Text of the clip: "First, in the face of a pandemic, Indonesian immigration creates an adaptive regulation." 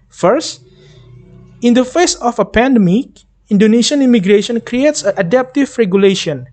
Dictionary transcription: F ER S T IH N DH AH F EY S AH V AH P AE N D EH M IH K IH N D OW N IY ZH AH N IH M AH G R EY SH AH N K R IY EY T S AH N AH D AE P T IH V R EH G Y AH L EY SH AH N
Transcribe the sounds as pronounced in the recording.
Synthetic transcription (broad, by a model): F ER S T IH N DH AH F EY S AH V AH P AE N D EH M IH K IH N D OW N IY S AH N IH M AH G R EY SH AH N K R IY EY T S AH N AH D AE P T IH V R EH G Y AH L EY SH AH N